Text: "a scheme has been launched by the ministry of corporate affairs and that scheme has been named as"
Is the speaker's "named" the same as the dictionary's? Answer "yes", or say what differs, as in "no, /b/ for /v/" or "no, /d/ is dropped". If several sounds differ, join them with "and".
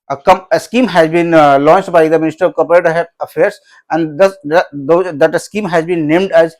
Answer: yes